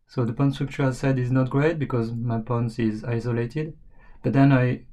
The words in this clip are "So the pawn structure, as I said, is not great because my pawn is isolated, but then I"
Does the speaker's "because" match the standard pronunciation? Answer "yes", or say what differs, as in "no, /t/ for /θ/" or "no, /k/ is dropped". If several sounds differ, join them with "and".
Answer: yes